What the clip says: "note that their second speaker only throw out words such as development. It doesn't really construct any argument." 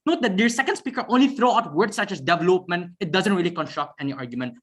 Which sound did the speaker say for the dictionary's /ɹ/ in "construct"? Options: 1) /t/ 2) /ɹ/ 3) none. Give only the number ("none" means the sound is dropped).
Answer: 2